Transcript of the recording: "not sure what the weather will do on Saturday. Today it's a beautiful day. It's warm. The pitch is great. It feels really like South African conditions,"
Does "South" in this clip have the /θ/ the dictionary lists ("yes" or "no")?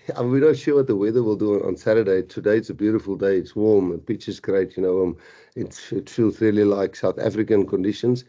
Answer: yes